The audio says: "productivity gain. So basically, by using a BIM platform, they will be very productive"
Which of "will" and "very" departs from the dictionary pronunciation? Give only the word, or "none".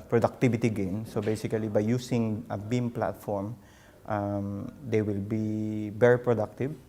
very